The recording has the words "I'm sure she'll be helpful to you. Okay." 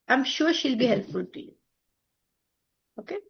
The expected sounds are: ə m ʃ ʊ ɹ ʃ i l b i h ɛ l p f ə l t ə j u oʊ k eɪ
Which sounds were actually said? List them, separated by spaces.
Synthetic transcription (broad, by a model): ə m ʃ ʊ w ʃ i l b i h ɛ l f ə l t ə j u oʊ k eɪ